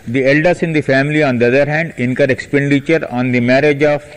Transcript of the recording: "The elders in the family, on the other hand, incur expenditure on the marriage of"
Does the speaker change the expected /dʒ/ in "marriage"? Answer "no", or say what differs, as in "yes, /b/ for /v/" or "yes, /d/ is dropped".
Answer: no